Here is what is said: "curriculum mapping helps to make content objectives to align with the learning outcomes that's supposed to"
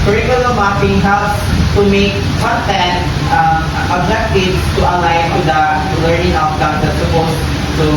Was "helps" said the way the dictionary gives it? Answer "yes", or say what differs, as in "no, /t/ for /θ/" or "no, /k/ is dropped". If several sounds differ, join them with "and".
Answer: no, /p/ is dropped